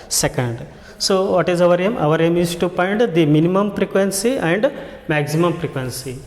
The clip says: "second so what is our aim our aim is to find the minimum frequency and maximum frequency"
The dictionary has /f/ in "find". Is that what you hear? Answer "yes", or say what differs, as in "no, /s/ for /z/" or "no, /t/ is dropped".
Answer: no, /p/ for /f/